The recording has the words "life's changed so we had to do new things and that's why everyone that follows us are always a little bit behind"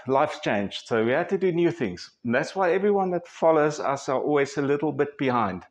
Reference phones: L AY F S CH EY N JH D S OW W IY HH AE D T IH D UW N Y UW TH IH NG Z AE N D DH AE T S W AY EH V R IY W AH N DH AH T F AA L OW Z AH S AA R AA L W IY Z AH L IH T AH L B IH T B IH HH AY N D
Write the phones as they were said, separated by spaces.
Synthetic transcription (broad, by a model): L AY F CH EY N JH S OW W IY HH AE D T IH D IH N Y UW TH IH NG Z N DH AE T S W AY EH V R IY W AH N DH AH T F AA L OW Z AH S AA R AA L W IY Z AH L IH T L B IH T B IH HH AY N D